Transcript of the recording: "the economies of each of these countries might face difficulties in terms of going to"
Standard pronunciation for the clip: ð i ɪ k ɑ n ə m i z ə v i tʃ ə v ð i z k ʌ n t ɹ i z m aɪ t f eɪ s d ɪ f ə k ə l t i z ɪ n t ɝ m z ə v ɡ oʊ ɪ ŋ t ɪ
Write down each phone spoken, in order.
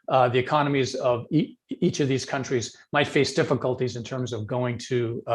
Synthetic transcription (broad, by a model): ð i ɪ k ɑ n ə m i z ə v i tʃ ə v ð i z k ʌ n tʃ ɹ i z m aɪ t f eɪ s d ɪ f ə k ə l t i z ɪ n t ɝ m z ə v ɡ oʊ ɪ ŋ t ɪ